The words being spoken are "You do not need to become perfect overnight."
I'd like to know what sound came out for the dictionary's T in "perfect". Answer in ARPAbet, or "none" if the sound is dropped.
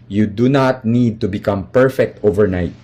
T